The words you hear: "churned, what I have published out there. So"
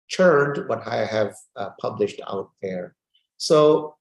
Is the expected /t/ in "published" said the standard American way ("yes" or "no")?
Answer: yes